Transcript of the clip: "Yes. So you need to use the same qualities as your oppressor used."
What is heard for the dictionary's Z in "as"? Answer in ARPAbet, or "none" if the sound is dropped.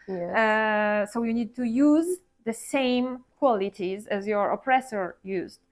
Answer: Z